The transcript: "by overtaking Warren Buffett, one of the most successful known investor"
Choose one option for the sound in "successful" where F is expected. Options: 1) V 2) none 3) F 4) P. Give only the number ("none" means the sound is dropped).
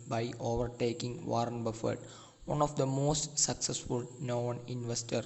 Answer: 3